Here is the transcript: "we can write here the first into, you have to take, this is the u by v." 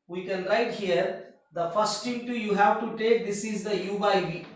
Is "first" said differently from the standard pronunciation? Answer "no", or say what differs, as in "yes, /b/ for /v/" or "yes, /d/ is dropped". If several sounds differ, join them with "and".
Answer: no